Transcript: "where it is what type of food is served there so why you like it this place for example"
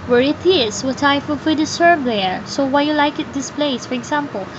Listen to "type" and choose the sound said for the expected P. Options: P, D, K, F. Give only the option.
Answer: F